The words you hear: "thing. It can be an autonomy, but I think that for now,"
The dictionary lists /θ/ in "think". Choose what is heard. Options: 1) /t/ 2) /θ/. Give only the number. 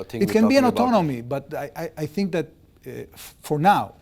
2